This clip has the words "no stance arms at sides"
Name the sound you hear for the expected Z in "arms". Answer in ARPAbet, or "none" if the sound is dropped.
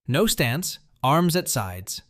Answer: Z